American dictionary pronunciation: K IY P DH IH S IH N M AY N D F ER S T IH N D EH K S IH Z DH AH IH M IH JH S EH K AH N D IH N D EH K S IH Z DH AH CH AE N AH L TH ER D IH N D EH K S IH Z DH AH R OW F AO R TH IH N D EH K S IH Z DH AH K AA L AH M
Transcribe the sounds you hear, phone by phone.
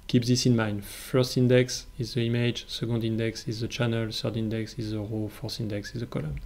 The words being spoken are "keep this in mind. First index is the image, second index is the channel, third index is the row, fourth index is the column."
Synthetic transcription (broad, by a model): K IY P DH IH S IH N M AY N D F ER S T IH N D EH K S IH Z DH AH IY M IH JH S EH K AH N D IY N D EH K S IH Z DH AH CH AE N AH L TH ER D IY N D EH K S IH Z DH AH R OW F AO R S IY N D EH K S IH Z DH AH K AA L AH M